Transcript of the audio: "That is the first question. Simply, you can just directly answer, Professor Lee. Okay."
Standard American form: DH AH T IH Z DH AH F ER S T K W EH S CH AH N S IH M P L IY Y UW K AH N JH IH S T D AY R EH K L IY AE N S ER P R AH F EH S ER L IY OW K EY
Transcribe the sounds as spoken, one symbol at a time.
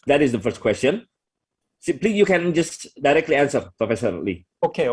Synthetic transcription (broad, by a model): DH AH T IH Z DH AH F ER S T K W EH S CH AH N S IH P L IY Y UW K AH N JH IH S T D AY R EH K L IY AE N S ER P R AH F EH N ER L IY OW K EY